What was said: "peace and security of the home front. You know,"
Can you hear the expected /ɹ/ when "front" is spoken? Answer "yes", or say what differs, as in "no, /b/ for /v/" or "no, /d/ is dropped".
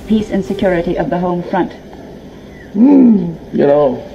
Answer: yes